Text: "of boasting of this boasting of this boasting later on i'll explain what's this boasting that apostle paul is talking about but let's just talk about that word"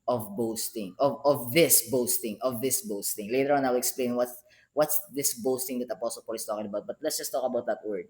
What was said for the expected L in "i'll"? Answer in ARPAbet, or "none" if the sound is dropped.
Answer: W